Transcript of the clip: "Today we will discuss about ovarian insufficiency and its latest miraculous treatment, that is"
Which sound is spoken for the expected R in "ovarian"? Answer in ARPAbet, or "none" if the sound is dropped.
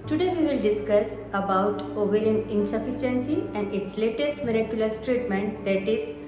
L